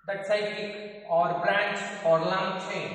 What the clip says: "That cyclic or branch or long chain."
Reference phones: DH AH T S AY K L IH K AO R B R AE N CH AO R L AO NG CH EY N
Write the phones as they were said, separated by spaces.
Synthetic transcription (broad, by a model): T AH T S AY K IH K AO R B R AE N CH AO R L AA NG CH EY